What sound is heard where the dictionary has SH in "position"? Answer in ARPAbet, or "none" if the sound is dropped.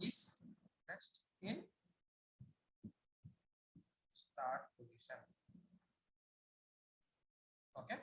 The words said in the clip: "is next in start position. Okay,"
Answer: S